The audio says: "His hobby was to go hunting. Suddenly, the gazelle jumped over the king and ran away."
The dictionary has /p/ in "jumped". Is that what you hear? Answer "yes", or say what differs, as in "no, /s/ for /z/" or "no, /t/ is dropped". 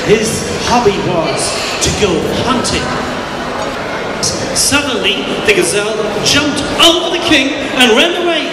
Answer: yes